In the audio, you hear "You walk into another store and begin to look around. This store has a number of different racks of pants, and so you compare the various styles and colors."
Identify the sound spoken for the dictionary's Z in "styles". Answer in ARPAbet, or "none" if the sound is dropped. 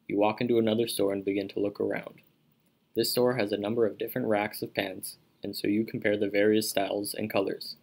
Z